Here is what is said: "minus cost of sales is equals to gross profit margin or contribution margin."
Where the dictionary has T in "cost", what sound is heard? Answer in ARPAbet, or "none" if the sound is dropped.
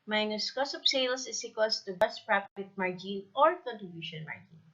none